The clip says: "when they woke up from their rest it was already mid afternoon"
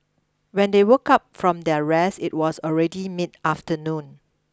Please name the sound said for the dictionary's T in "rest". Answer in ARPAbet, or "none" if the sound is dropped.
none